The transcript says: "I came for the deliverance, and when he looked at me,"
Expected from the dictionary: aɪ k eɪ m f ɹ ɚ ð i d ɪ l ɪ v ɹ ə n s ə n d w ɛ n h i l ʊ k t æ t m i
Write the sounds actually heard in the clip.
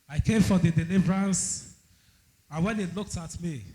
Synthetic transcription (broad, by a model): aɪ k eɪ m f ɹ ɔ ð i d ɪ l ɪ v ɹ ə n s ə n w ɛ n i l ʊ k t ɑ t m i